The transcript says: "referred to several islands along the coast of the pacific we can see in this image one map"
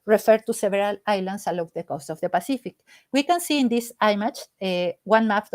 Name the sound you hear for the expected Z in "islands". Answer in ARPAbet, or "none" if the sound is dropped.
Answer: S